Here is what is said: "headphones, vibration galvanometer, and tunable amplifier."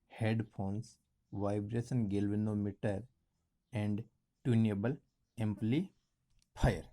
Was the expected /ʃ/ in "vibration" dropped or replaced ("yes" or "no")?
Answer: yes